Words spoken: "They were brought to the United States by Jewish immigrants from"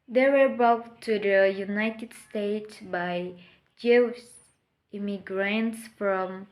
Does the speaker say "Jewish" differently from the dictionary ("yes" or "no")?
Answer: yes